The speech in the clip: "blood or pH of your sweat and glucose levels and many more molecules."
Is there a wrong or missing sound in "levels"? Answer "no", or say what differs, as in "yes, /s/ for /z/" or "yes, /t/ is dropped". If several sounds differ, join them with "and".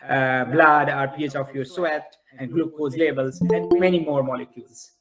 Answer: yes, /b/ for /v/